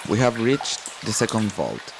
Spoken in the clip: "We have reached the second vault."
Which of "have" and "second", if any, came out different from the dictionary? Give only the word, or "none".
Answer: none